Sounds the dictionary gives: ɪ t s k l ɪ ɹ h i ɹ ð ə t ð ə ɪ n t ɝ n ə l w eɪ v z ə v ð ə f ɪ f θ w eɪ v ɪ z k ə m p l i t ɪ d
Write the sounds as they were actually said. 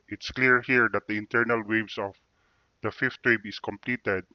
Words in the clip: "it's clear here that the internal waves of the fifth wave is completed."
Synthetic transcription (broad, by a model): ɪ t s k l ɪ ɹ h i ɹ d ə t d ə ɪ n t ɝ n ə l w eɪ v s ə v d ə f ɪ f t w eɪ b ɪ s k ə m p l i t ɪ d